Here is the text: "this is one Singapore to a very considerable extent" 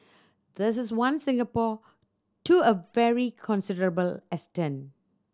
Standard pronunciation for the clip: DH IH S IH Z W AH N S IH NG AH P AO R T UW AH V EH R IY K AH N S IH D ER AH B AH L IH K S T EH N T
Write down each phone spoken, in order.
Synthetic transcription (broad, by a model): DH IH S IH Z W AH N S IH NG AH P AO T UW AH V EH R IY K AH N S IH D ER AH B AH L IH S T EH N